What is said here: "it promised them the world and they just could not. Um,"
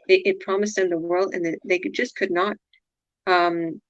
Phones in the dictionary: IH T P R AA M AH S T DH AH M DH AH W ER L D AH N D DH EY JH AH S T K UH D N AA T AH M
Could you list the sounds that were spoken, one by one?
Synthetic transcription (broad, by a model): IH T P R AA M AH S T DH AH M DH AH W ER L D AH N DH DH EY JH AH S K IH D N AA T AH M